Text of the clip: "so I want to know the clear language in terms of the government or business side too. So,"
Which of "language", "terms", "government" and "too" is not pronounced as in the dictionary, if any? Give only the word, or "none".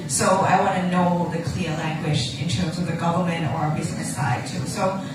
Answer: none